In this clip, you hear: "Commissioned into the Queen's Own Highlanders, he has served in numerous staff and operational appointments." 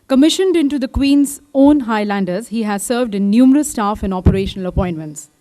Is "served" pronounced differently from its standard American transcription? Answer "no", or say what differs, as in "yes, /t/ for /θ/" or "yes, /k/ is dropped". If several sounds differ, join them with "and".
no